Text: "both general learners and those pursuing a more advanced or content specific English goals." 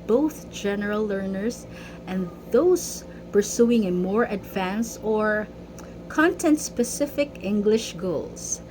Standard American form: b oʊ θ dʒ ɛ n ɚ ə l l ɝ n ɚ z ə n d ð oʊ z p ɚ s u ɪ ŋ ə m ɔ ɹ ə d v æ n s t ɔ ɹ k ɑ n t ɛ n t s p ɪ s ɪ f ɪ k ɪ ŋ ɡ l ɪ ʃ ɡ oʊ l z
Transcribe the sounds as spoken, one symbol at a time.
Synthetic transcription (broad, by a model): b oʊ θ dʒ ɛ n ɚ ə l l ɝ n ɚ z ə n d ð oʊ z p ɚ s u ɪ ŋ ə m ɔ ɹ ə d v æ n s ɔ ɹ k ɑ n t ɛ n t s p ɪ s ɪ f ɪ k ɪ ŋ ɡ l ɪ ʃ ɡ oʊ l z